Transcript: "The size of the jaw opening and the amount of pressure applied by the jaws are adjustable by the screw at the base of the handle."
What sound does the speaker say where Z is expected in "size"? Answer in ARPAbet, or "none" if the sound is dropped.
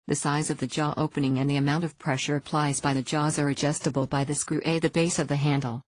Z